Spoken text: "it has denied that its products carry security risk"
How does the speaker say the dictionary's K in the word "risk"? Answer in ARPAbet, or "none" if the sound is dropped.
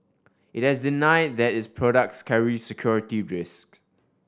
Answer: K